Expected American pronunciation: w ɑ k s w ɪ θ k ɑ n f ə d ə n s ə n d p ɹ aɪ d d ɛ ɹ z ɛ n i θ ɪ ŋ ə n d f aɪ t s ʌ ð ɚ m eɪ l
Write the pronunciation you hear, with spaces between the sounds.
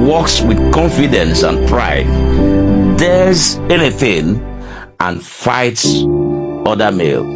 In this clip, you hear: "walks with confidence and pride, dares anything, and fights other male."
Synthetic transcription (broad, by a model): w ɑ k s w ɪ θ k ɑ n f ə d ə n s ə n p ɹ aɪ d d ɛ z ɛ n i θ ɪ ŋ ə n f aɪ t s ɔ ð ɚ m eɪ l